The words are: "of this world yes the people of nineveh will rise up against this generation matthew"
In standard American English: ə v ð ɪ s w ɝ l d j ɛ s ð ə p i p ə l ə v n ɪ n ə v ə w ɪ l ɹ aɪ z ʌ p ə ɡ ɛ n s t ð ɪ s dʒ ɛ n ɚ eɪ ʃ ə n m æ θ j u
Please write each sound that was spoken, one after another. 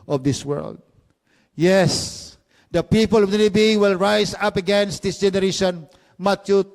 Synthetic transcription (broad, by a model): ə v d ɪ s w ɝ l d j ɛ s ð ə p i p ə l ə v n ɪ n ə b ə w ɪ l ɹ aɪ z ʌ p ə ɡ ɛ n s t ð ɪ s dʒ ɛ n ɚ eɪ ʃ ə n m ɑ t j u